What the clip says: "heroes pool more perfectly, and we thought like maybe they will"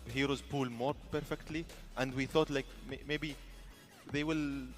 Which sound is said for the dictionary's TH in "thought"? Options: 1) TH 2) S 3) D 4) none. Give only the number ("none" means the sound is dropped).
1